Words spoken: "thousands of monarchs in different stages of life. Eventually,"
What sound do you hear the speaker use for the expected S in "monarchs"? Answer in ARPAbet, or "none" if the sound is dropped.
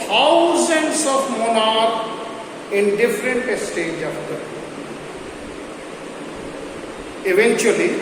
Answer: none